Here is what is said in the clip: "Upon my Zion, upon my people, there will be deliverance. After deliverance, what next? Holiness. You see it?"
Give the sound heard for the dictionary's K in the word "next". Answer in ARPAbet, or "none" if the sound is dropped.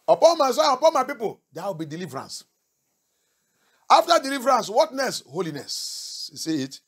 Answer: none